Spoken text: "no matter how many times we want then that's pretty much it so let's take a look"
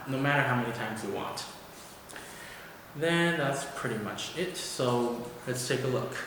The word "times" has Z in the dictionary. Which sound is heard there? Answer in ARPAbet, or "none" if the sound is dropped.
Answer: Z